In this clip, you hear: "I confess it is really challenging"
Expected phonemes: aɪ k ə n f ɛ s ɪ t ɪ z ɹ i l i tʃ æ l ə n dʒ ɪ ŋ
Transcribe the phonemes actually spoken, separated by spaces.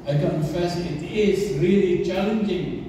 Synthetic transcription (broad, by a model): aɪ k ə n f ɛ s ɪ t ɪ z ɹ i l i tʃ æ l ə n dʒ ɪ ŋ